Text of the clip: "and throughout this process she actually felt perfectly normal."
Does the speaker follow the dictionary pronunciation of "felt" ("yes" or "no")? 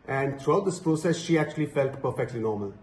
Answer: yes